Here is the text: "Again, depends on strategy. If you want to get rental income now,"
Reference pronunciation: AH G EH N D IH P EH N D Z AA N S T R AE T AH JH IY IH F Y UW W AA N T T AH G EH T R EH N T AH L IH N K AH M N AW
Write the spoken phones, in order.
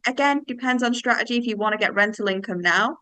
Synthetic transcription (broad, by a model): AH G EH N D IH P EH N D Z N S T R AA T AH JH IY IH F Y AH W AA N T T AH G EH T R EH N T AH L IH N K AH M N AW